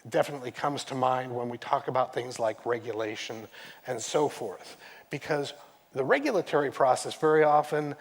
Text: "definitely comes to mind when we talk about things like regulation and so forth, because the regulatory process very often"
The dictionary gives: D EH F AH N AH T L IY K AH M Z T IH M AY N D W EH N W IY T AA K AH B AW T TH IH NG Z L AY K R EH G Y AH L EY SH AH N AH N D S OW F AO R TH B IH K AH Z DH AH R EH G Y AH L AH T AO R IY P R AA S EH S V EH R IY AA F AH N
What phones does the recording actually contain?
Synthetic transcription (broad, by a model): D EH F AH N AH T L IY K AH M Z T IH M AY N D W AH N W IY T AA K AH B AW T TH IH NG Z L AY K R EH G Y AH L EY SH AH N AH N S OW F AO R TH B IH K AH Z DH AH R EH G Y L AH T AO R IY P R AA S EH S V EH R IY AA F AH N